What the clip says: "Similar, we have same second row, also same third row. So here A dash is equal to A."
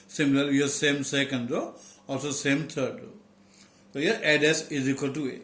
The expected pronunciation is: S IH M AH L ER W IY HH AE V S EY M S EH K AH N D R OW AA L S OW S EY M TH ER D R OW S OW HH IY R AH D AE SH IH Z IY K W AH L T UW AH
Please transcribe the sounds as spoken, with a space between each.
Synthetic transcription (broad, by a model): S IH M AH L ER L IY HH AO S EY M S EH K AH N D R OW AA L S OW S EY M T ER D R OW S OW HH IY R AH D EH S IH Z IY K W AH L T UW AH